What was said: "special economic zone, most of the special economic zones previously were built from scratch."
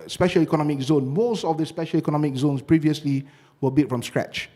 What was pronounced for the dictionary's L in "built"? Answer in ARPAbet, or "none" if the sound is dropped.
none